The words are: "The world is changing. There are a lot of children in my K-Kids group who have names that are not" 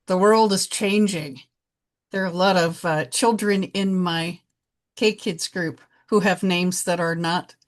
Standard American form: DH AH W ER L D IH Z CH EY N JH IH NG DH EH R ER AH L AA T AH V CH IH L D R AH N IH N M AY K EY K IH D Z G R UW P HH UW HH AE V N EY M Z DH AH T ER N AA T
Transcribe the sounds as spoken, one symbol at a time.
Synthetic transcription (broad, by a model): DH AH W ER L D IH Z CH EY N JH IH NG DH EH R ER AH L AA T AH V CH IH L D R AH N IH N M AY K EY K IH D Z G R UW P HH UW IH V N EY M Z DH AH T ER N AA T